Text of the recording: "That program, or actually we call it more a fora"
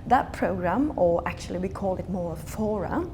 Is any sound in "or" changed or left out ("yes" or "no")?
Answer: yes